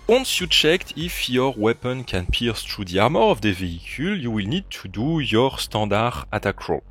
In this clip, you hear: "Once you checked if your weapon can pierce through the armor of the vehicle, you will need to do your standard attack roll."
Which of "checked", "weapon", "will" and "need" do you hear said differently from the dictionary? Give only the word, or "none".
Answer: none